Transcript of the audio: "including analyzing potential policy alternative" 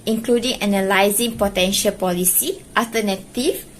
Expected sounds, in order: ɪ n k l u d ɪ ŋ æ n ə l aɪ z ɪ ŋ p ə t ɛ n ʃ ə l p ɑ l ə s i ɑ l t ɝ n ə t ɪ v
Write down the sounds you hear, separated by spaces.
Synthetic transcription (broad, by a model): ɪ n k l u d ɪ ŋ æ n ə l aɪ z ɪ ŋ p ə t ɛ n ʃ ə l p ɑ l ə s i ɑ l t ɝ n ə t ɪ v